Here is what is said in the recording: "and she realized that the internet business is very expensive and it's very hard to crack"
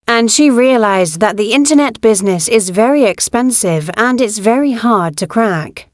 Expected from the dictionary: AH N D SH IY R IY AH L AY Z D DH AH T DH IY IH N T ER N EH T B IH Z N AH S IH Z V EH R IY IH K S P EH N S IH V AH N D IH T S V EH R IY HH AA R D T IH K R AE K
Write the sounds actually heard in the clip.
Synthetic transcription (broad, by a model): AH N SH IY R IY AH L AY Z DH AH T DH IY IH N T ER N EH T B IH Z N AH S IH Z V EH R IY IH K S P EH N S IH V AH N IH T S V EH R IY HH AA R D T IH K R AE K